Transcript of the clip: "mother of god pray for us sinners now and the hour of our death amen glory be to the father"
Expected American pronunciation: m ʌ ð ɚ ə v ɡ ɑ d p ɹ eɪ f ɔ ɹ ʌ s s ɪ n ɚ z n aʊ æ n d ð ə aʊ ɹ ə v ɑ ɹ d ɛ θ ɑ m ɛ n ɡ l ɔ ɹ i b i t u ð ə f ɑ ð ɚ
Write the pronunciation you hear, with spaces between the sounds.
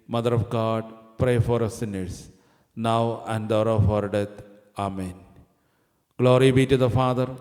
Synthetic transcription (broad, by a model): m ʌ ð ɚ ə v ɡ ɑ d p ɹ eɪ f ɔ ɹ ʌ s s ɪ n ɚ s n aʊ æ n d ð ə ɹ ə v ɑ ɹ d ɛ t ɑ m ɛ n ɡ l ɔ ɹ i b i t u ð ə f ɑ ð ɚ